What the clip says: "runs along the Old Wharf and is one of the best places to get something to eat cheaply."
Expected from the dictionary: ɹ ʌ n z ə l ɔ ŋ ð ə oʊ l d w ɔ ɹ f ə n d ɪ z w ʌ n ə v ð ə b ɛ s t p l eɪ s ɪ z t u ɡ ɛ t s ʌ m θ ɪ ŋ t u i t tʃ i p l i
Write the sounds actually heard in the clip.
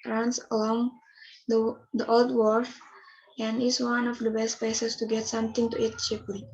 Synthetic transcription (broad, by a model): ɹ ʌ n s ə l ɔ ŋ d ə oʊ l d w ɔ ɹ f ə n d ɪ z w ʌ n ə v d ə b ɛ s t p eɪ s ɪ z t u ɡ ɛ t s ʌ m t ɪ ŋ t u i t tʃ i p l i